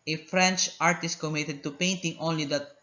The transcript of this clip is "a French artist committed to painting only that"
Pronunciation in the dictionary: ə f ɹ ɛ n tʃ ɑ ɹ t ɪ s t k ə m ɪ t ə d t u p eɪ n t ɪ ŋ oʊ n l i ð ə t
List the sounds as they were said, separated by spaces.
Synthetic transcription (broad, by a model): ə f ɹ ɛ n tʃ ɑ ɹ t ɪ s t k ə m ɪ t ə d t u p eɪ n t ɪ ŋ oʊ n l i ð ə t